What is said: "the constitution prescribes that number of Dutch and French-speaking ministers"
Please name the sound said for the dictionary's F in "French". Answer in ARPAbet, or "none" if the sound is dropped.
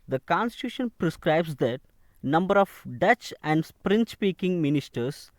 P